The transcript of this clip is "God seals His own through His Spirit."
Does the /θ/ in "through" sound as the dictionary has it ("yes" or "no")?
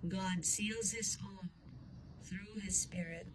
yes